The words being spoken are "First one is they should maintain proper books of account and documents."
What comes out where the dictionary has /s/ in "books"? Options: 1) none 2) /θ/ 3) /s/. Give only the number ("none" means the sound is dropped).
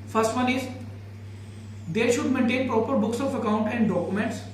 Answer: 3